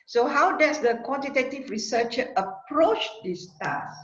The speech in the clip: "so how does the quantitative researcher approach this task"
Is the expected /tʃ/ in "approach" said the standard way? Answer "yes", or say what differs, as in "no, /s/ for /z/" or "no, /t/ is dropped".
yes